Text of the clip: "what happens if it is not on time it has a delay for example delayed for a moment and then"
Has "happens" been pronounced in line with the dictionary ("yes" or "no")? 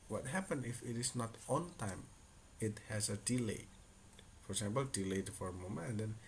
no